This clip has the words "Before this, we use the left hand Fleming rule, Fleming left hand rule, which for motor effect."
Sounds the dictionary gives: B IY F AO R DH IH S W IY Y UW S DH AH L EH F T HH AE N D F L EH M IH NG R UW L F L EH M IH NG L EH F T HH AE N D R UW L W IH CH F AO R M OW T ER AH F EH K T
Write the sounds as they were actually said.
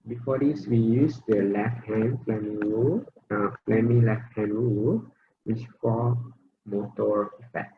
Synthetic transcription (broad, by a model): B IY F AO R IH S W IY Y UW S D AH L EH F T HH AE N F L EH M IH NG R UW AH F L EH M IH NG L EH F T HH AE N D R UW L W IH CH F AO L M OW T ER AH F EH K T